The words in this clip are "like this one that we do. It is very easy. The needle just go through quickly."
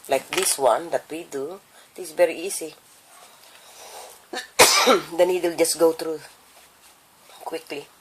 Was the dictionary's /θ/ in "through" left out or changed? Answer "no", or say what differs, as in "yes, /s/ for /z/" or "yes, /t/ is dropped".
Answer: yes, /t/ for /θ/